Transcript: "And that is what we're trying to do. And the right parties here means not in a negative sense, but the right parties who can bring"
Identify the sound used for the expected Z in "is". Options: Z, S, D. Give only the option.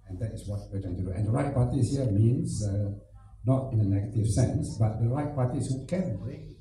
S